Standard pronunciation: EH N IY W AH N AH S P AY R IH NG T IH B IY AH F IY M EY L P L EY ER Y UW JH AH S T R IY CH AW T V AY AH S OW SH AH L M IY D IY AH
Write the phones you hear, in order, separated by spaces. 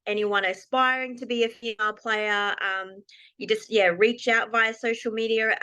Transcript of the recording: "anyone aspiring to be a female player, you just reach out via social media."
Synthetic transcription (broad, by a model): EH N IY W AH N AH S P AY R IH NG T IH B IY AH F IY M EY L P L EY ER Y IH JH AH S T R IY CH AW T V AY AH S OW SH L M IY D IY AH